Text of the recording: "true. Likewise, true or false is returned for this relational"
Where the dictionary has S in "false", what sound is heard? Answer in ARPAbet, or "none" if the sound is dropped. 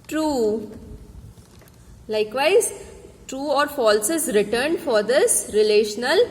S